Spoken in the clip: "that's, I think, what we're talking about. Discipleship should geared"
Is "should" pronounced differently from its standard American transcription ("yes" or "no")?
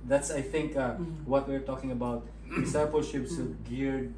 yes